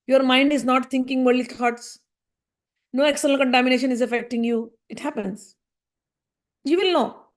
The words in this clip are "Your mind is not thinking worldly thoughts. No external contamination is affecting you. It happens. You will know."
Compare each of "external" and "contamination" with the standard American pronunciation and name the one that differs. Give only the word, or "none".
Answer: external